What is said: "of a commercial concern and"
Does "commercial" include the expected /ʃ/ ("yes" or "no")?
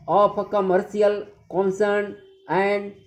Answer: no